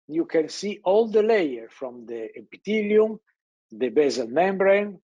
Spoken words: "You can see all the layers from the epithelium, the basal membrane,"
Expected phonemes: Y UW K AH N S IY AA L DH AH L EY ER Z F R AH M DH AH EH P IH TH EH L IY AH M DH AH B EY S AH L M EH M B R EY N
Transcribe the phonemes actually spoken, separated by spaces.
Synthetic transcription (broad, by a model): Y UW K AH N S IY AA L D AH L EY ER F R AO M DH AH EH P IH T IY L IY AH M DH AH B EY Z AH L M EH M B R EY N